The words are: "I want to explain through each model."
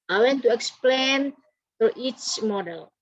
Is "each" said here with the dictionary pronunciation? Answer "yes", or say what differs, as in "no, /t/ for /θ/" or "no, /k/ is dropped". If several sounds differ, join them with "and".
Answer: yes